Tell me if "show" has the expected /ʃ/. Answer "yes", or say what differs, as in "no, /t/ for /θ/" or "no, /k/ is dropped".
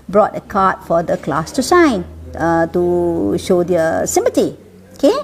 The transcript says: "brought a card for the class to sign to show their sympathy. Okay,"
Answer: yes